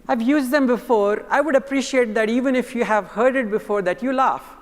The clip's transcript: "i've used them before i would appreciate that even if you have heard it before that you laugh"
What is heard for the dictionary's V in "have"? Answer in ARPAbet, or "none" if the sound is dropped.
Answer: V